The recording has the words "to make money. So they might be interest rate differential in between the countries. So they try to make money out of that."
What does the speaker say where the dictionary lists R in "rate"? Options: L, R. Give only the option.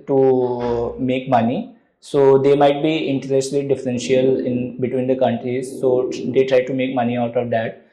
L